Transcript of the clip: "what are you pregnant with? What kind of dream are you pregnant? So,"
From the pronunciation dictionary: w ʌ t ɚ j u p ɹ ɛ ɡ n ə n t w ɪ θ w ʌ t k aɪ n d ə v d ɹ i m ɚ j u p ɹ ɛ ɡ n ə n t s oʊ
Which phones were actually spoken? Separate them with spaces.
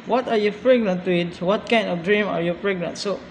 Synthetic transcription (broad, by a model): w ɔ t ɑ j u p ɹ ɛ ɡ n ə n t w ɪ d w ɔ t k aɪ n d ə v d ɹ i m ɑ j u p ɹ ɛ ɡ n ə n t s oʊ